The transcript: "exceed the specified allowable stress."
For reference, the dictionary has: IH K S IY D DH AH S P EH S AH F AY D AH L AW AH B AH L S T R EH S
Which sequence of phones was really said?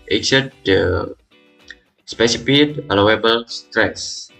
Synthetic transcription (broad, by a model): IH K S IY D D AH S P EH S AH P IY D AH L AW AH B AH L S T R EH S